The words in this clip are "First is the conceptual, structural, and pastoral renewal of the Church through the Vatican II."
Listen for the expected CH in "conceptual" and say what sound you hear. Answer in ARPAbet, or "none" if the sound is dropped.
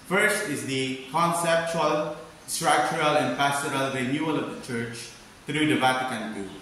CH